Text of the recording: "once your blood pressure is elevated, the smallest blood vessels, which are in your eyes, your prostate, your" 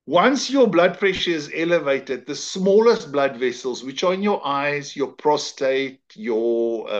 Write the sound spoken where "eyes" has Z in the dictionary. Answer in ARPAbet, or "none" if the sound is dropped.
Z